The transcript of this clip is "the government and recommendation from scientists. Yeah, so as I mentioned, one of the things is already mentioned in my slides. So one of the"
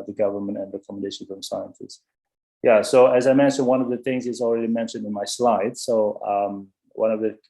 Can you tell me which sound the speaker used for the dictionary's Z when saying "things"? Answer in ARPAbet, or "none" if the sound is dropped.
Z